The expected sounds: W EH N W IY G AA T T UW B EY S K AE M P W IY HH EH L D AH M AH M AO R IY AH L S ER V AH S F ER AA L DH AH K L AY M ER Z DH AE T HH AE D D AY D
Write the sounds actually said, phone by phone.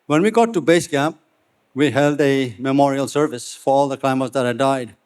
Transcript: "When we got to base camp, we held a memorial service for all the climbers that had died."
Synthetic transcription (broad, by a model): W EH N W IY G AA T T UW B EY S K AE P W IY HH EH L D AH M AH M AO R IY AH L S ER V AH S F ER AA L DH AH K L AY M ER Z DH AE T HH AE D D AY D